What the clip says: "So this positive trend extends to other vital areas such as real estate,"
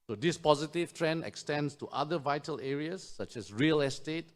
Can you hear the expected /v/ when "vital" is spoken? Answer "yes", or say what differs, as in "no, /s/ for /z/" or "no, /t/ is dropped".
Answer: yes